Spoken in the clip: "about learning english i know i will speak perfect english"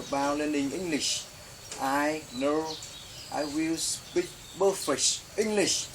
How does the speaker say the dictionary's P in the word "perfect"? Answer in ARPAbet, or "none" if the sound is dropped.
B